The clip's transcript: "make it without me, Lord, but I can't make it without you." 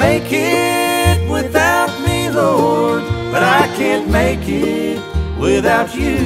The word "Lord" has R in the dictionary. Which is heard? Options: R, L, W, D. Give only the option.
W